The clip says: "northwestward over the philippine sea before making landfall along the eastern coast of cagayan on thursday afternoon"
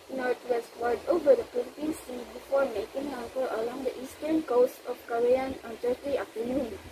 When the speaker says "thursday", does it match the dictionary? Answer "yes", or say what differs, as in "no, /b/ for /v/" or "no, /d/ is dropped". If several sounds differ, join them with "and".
no, /t/ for /θ/